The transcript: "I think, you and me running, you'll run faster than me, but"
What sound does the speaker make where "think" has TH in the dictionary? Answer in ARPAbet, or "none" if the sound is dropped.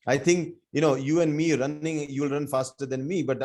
T